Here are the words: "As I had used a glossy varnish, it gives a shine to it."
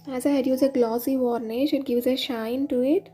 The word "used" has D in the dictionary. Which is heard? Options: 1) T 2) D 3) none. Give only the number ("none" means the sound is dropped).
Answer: 3